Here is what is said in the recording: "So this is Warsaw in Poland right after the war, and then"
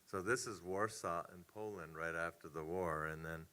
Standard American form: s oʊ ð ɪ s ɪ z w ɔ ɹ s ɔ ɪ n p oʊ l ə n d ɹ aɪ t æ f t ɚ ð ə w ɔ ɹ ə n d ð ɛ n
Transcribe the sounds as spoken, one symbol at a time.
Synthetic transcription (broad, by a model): s oʊ ð ɪ s ɪ z w ɔ ɹ s ɔ ɪ n p oʊ l ə n d ɹ aɪ t æ f t ɚ ð ə w ɔ ɹ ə n ð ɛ n